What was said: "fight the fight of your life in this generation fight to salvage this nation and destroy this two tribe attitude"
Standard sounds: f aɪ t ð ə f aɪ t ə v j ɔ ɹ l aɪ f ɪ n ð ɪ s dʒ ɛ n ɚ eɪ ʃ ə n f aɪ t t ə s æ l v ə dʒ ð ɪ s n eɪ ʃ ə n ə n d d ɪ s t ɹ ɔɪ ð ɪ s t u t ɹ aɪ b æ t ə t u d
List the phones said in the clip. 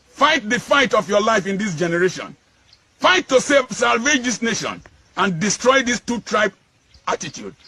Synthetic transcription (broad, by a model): f aɪ t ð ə f aɪ t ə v j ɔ l aɪ f ɪ n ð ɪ s dʒ ɛ n ɚ eɪ ʃ ə n f aɪ t s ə s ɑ l v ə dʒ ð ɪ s n eɪ ʃ ə n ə n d d ɪ s t ɹ ɔɪ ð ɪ s t u t ɹ aɪ b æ t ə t u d